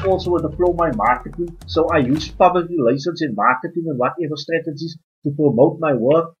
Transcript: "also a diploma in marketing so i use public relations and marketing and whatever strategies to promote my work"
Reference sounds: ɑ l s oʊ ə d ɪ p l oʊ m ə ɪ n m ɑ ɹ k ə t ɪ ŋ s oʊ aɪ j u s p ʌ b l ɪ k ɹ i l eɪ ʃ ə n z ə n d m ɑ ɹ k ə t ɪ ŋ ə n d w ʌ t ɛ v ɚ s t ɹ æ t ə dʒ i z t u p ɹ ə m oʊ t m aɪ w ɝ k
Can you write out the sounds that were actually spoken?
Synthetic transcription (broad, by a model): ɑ l s oʊ ə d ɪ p l oʊ m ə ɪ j m ɑ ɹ k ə t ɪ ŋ s oʊ aɪ j u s p ʌ b l ɪ k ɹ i l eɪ s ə n s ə n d m ɑ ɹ k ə t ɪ ŋ ə n d w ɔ t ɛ v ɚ s t ɹ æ t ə dʒ i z t u p ɹ ə m oʊ t m aɪ w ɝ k